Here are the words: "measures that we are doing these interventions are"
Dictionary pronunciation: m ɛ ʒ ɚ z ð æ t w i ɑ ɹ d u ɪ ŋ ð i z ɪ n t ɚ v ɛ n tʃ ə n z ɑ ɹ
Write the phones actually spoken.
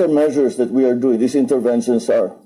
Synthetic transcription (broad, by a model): m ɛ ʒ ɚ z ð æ t w i ɑ ɹ d u ɪ ŋ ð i s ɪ n t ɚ v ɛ n ʃ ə n s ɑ ɹ